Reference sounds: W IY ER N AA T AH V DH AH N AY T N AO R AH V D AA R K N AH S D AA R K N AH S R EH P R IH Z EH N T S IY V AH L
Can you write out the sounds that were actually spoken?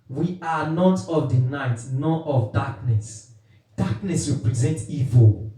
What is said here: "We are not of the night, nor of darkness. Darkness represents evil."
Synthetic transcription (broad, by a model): W IY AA N AA T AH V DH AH N AY T N AO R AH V D AA K N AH S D AA K N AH S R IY P R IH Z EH N T IY V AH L